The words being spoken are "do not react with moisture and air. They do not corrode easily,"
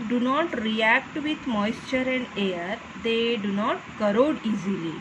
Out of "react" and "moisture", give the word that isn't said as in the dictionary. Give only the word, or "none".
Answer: none